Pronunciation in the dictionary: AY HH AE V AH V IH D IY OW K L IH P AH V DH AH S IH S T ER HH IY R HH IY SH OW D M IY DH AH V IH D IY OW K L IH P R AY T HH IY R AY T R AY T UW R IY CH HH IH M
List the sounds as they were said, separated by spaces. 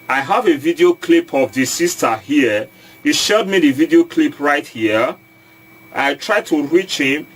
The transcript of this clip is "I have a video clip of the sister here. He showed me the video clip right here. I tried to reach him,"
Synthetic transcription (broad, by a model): AY HH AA V AH V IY D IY OW K L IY P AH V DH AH S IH S T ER HH IY HH IY SH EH D M IY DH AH V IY D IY OW K L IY P R AY T HH IY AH AY T R AY T UW R IY CH HH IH M